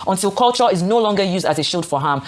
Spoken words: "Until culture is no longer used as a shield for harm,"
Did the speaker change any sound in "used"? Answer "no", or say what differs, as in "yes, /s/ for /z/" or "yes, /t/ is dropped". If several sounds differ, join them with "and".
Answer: no